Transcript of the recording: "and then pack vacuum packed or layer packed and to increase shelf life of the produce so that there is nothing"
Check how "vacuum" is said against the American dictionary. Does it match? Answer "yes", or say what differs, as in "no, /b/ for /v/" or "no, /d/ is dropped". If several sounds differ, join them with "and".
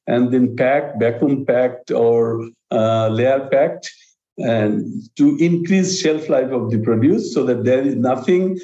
no, /b/ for /v/